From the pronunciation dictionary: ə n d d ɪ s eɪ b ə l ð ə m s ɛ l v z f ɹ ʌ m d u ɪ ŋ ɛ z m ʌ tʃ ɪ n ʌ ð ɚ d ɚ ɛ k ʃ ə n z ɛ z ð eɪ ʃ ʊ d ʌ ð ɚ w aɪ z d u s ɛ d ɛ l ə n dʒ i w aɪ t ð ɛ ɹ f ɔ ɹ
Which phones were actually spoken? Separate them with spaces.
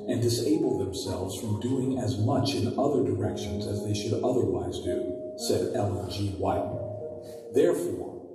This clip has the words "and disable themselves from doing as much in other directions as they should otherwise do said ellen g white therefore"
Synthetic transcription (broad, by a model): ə n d d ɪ s eɪ b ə l ð ə m s ɛ l v z f ɹ ʌ m d u ɪ ŋ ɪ z m ʌ tʃ ɪ n ʌ ð ɚ d ɚ ɛ k ʃ ə n z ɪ z ð eɪ ʃ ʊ d ʌ ð ɚ w aɪ z d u s ɛ d ɛ l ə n dʒ i w aɪ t ð ɛ ɹ f ɔ ɹ